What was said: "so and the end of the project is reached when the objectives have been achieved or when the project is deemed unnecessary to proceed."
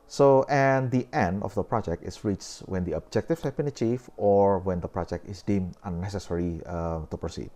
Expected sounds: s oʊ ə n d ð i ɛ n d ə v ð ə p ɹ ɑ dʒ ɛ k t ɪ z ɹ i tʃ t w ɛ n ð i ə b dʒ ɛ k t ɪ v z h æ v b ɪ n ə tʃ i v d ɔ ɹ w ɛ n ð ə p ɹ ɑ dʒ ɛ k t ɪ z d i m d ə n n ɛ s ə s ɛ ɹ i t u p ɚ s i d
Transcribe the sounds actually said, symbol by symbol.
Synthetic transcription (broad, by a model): s oʊ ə n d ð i ɛ n d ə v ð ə p ɹ ɑ dʒ ɛ k t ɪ s ɹ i tʃ w ɛ n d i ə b dʒ ɛ k t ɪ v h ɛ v b ɪ n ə tʃ i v ɔ ɹ w ɛ n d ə p ɹ ɑ dʒ ɛ k t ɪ s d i m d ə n n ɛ s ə s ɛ ɹ i t u p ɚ s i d